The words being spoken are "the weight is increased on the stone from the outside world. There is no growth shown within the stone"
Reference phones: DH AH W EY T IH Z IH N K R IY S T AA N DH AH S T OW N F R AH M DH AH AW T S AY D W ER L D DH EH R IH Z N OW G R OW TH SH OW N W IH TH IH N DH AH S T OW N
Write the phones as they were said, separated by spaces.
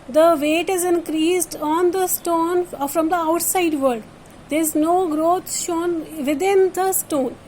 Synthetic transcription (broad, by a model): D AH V EY T IH Z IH N K R IY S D AA N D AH S T OW N F R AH M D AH AW T S AY D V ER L D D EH R IH Z N OW G R OW T SH OW N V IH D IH N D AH S T OW N